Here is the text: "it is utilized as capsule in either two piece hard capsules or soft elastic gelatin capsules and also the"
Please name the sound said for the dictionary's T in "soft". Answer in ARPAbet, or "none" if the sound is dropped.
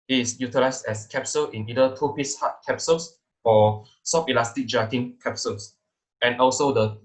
none